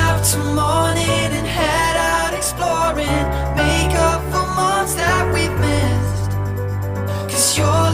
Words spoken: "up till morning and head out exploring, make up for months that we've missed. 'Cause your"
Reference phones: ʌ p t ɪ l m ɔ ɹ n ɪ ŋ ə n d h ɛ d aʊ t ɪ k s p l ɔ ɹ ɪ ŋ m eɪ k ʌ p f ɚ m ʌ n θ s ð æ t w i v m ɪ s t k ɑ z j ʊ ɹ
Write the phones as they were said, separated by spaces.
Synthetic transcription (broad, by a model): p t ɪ m ɔ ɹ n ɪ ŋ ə n h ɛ d aʊ t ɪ k s p l ɔ ɹ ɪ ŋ m eɪ k ʌ p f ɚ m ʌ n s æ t w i p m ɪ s k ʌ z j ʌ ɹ